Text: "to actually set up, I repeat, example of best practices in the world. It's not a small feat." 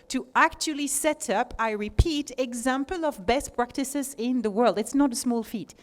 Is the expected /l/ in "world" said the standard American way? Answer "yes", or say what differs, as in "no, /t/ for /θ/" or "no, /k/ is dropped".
yes